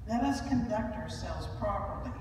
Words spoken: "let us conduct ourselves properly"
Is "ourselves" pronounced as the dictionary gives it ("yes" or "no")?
yes